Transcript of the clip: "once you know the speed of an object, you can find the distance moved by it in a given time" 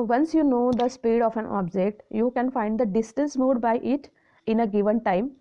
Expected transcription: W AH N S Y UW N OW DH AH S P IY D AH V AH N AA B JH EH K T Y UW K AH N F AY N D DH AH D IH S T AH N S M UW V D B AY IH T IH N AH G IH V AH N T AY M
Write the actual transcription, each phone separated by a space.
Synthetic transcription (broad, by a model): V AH N S Y UW N OW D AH S P IY D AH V AH N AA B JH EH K T Y UW K AH N F AY N D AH D IH S T AH N S M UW D B AY IH T IH N AH G IH V AH N T AY M